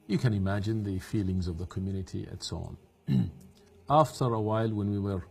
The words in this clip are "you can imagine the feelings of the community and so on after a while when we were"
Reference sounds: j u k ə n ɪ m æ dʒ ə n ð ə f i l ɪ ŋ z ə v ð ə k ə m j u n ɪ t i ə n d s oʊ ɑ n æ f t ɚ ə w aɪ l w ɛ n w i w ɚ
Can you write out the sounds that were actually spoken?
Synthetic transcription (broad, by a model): j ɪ k ə n ɪ m æ dʒ ə n ð ə f i l ɪ ŋ z ə v ð ə k ə m j u n ɪ t i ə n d s oʊ ɑ n æ f t ɚ ə w aɪ l w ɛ n w i w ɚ